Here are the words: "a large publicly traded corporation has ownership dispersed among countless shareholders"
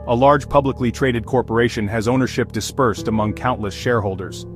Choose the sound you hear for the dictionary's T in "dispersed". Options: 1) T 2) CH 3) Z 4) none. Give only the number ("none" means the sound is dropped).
1